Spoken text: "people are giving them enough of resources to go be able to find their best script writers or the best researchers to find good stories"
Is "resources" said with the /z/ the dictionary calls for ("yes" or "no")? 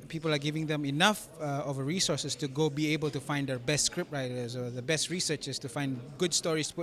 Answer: no